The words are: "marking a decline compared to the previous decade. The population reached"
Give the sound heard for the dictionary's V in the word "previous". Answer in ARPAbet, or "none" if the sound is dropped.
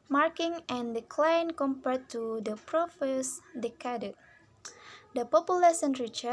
F